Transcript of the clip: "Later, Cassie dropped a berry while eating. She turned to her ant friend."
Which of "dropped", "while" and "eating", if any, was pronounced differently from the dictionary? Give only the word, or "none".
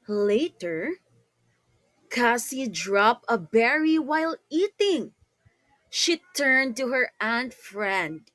dropped